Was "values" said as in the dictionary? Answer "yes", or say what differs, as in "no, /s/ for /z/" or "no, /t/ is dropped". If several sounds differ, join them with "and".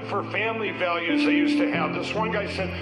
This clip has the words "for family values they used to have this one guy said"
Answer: yes